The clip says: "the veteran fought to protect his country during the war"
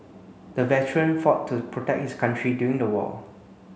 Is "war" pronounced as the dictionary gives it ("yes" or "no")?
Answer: no